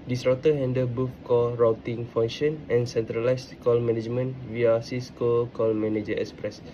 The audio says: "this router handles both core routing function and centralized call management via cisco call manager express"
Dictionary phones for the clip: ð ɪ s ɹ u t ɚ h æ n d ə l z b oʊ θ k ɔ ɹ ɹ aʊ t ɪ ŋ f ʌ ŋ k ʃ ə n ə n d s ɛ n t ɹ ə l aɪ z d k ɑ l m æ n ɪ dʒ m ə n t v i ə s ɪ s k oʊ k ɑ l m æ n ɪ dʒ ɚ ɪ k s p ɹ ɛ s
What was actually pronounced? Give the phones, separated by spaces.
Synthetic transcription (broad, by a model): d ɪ s ɹ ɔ t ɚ h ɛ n d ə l b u f k ɔ l ɹ aʊ t ɪ ŋ f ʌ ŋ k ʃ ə n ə n s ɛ n t ɹ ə l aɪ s k ɑ l m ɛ n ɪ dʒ m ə n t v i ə s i s k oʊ k ɑ l m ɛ n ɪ dʒ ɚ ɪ k s p ɹ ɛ s